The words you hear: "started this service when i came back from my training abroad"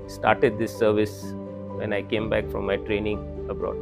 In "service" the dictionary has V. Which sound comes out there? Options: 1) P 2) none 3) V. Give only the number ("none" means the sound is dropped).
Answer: 3